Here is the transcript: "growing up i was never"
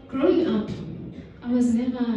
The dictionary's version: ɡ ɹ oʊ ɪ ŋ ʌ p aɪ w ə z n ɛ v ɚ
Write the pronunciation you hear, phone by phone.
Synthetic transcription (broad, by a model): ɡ ɹ oʊ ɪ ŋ ʌ p aɪ w ə z n ɛ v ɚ